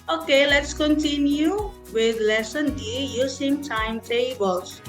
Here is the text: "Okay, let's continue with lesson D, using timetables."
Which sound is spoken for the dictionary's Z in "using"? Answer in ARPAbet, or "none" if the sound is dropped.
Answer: S